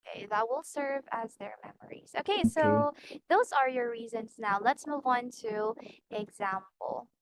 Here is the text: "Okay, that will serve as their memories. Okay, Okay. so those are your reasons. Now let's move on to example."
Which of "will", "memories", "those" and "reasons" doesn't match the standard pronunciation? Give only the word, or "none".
none